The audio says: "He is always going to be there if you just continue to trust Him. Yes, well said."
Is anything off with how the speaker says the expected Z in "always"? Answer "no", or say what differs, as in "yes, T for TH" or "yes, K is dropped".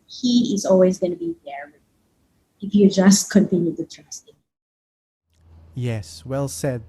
no